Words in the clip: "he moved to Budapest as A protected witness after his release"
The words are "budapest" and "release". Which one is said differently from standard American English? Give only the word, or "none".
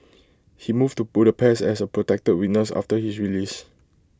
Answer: budapest